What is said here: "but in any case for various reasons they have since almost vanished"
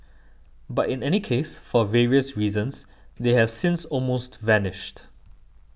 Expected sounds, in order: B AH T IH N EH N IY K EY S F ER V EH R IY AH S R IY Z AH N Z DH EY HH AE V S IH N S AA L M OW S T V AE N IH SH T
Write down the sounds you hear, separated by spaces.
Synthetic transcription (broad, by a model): B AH T IH N EH N IY K EY S F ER V EH R IY AH S R IY Z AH N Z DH EY HH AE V S IH N S AA L M OW S T V AE N IH SH T